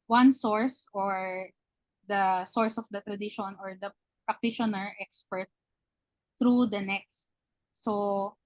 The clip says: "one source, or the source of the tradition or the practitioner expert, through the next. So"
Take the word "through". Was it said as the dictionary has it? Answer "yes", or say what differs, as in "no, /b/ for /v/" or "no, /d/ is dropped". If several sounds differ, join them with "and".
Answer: no, /t/ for /θ/